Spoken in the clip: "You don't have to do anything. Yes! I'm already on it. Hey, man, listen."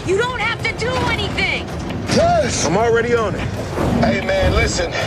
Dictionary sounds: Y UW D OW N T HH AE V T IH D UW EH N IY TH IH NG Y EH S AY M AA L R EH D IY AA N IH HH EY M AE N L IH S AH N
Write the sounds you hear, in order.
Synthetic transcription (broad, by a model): Y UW D OW N T HH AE F T IH D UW EH N IY TH IH NG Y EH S AY M AA L R EH D IY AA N IH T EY M AE N L IH S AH N